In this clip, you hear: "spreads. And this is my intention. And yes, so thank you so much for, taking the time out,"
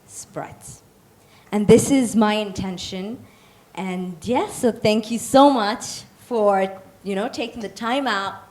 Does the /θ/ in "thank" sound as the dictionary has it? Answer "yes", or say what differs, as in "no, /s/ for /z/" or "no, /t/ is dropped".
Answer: yes